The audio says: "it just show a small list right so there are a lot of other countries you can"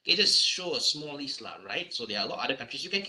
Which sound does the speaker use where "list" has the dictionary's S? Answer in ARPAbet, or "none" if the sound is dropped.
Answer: none